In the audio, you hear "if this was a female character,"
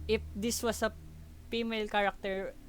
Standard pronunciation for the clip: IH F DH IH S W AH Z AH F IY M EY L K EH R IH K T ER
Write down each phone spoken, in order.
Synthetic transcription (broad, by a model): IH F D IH S W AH S AH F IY M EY L K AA R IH K T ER